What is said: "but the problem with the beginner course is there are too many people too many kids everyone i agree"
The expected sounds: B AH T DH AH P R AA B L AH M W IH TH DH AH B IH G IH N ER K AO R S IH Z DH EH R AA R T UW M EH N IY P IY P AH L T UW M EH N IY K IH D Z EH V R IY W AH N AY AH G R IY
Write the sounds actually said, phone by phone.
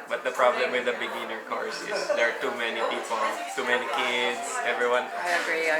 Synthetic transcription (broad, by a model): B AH T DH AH P R AA B L AH M W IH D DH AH B IH G IH N ER K AO R S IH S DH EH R AA R T UW M EH N IY P IY P AH L T UW M EH N IY K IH D S EH V R IY W AH N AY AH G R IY